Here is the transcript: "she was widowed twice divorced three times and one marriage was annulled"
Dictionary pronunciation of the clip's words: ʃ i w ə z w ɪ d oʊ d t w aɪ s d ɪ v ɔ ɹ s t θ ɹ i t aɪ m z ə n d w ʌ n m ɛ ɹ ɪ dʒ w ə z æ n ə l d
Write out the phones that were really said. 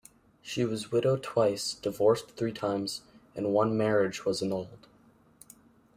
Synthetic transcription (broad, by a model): ʃ i w ə z w ɪ d oʊ t w aɪ s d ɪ v ɔ ɹ s θ ɹ i t aɪ m z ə n w ʌ n m ɛ ɹ ɪ dʒ w ə z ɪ n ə l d